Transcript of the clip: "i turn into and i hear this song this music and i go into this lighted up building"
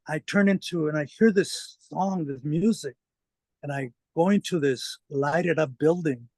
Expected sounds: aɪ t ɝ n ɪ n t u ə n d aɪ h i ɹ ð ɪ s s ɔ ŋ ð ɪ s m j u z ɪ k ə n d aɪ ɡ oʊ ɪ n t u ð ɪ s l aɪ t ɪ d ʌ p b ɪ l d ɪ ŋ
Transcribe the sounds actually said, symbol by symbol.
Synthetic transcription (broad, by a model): aɪ t ɝ n ɪ n t u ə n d aɪ h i ɹ ð ɪ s s ɔ ŋ ð ɪ s m j u z ɪ k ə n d aɪ ɡ oʊ ɪ n t u ð ɪ s l aɪ t ɪ d ʌ p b ɪ l d ɪ ŋ